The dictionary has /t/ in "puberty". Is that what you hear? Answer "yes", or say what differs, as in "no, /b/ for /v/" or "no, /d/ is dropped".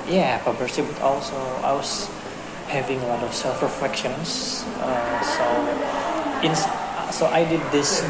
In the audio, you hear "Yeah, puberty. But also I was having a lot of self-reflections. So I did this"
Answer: no, /s/ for /t/